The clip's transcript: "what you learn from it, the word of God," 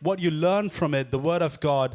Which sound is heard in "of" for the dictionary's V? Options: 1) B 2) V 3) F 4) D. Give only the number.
2